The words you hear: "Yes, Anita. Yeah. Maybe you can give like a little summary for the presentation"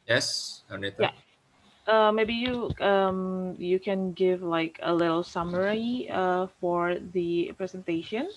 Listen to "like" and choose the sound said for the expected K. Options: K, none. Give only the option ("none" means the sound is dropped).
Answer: K